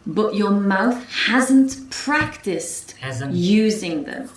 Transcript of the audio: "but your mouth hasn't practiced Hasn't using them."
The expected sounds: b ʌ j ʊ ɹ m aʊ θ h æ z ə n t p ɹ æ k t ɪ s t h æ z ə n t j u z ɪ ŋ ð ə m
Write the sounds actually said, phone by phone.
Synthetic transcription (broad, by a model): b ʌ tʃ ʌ ɹ m aʊ θ h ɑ z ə n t p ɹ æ k t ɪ s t t j u z ɪ ŋ ð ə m